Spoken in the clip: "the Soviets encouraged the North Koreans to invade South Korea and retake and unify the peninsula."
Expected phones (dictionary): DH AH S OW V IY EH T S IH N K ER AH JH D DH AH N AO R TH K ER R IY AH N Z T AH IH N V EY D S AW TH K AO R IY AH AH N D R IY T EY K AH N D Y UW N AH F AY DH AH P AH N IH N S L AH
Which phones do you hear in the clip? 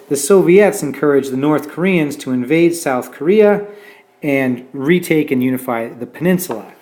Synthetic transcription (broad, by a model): DH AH S OW V IY EH T S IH N K ER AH JH DH AH N AO R TH K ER R IY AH N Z T AH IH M V EY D S AW TH K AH R IY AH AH N R IY T EY K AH N Y UW N AH F AY DH AH P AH N IH N S L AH